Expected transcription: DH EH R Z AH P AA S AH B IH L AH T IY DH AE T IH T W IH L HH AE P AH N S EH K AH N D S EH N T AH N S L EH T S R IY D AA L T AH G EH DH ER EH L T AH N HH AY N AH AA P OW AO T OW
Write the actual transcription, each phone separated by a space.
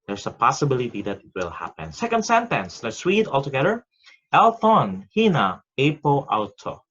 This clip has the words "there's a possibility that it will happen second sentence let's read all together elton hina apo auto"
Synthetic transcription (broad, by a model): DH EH R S AH P AA S AH B IH L AH T IY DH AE T IH T W IH L HH AE P AH N S EH K AH N D S EH N T AH N S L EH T S W IY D AA L T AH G EH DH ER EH L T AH N HH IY N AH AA P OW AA T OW